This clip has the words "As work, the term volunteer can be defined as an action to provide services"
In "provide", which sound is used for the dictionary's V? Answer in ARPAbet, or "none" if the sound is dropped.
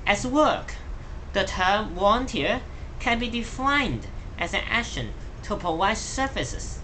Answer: W